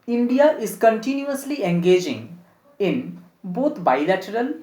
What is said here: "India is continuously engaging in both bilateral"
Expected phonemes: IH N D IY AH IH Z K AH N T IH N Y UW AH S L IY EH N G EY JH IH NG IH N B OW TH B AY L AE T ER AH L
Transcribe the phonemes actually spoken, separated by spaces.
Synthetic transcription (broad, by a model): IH N D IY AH IH Z K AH N T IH N Y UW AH S L IY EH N G EY JH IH NG IH N B OW T B AY L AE T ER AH L